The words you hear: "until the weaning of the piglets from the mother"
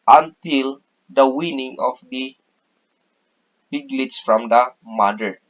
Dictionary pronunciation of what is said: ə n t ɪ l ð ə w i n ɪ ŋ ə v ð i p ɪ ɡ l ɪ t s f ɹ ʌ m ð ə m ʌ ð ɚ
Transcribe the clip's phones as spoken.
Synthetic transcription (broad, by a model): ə n t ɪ l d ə w i n ɪ ŋ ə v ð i b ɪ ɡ l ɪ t s f ɹ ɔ m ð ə m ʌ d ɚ